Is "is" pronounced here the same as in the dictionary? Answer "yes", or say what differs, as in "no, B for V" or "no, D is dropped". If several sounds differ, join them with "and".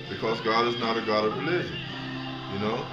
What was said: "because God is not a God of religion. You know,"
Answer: yes